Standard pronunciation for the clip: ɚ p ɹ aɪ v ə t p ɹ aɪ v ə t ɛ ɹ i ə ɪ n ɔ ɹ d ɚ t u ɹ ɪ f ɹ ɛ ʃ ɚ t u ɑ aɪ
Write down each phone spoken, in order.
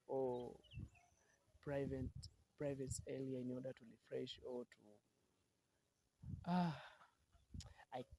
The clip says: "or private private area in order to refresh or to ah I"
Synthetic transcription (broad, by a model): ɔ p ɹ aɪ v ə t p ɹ aɪ v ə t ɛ l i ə ɪ n ɔ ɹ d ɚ t u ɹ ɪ f ɹ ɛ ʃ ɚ t u ɑ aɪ